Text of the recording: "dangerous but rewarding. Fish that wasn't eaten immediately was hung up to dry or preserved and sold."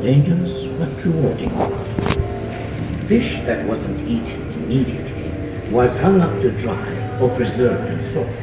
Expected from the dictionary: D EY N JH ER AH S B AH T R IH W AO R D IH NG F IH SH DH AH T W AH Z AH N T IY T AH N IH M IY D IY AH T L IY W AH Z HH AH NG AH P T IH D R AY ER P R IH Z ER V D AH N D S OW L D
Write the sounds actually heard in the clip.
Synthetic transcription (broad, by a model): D EY N JH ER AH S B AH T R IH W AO R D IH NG F IH SH DH AH T W AH Z AH N T IY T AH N IH M IY D IY AH T L IY W AH Z HH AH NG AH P T IH D R AY ER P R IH Z ER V AH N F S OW